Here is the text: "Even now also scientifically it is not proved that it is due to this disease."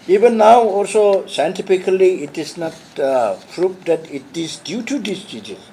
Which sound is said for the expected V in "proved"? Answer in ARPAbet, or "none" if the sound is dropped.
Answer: P